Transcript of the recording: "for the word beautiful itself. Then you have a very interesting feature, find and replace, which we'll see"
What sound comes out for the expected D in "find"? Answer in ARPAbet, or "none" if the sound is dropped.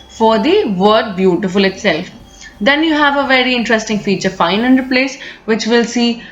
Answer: none